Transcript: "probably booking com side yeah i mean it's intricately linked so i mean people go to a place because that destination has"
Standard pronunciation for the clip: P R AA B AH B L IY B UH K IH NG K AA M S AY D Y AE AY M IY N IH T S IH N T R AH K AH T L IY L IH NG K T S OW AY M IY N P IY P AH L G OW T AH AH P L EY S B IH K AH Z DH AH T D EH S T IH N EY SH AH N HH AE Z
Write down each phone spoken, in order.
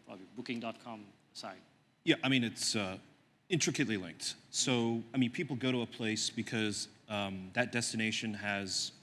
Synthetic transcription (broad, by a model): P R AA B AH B L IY B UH K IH NG K AA M S AY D Y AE AY M IY N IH T S IH N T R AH K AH T L IY L IH NG K T S OW AY M IY N P IY P L G OW T AH AH P L EY S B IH K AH Z DH AH T D EH S T IH N EY SH AH N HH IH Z